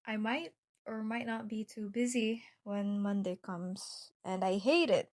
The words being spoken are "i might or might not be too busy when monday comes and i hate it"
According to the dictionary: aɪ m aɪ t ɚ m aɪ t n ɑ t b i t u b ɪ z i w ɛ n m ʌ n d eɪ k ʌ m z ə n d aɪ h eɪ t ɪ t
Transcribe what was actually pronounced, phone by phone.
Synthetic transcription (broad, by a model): aɪ m aɪ t ɚ m aɪ t n ɑ t b i t u b ɪ z i w ɛ n m ʌ n d eɪ k ʌ m z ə n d aɪ h eɪ t ɪ t